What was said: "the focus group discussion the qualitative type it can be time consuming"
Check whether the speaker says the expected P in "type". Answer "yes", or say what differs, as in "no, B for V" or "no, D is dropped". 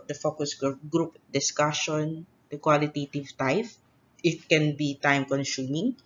no, F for P